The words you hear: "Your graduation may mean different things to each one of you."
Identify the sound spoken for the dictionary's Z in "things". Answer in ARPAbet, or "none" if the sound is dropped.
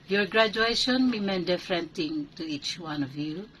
none